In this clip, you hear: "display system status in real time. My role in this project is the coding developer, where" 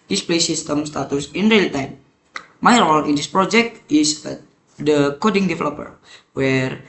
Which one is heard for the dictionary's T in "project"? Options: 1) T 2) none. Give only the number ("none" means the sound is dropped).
1